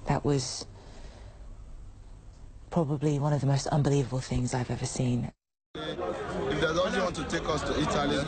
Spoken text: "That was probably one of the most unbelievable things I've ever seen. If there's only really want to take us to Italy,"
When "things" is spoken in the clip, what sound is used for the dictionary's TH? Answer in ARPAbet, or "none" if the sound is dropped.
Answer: TH